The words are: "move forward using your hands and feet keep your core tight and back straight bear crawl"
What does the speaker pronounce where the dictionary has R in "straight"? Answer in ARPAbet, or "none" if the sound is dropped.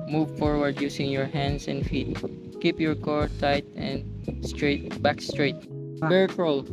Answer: R